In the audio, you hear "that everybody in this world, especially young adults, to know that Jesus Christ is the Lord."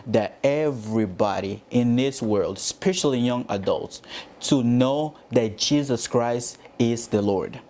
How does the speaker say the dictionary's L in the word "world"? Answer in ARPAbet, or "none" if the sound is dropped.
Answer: L